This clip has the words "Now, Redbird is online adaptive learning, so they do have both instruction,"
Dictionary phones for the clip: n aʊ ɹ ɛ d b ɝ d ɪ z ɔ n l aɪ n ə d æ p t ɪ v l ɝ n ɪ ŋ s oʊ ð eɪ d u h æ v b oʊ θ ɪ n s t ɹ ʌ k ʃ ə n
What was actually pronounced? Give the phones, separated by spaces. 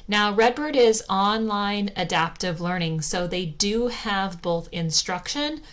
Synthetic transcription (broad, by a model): n aʊ ɹ ɛ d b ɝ d ɪ z ɔ n l aɪ n ə d æ p t ɪ v l ɝ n ɪ ŋ s oʊ ð eɪ d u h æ v b oʊ θ ɪ n s t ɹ ʌ k ʃ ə n